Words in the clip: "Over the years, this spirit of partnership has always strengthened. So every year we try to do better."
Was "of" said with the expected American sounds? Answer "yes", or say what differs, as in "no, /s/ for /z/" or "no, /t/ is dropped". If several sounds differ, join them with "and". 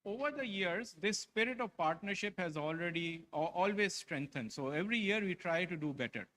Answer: yes